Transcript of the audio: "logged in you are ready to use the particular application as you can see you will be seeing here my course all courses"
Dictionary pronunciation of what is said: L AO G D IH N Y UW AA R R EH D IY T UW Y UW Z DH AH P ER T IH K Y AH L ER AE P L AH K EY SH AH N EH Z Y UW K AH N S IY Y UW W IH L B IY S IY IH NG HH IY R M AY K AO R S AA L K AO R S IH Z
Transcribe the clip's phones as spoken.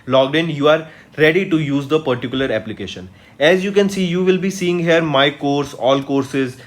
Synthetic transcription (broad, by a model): L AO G D IH N Y UW AA R R EH D IY T UW Y UW Z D AH P ER T IH K Y AH L ER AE P L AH K EY SH AH N EH Z Y UW K AH N S IY Y UW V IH L B IY S IY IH NG HH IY R M AY K AO R S AA L K AO R S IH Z